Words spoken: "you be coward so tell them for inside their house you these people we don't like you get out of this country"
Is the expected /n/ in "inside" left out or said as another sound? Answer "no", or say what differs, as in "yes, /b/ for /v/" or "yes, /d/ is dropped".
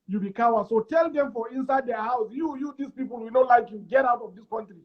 no